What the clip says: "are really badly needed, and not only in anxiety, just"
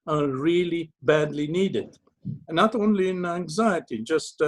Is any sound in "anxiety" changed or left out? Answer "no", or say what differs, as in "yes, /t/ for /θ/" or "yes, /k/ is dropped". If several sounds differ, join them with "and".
no